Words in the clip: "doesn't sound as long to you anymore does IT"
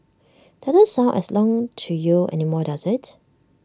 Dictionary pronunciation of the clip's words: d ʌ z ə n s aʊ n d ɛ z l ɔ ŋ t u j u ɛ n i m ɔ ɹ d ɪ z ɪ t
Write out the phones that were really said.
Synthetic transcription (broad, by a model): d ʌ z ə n s aʊ n ɛ s l ɔ ŋ t u j u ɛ n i m ɔ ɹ d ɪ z ɪ t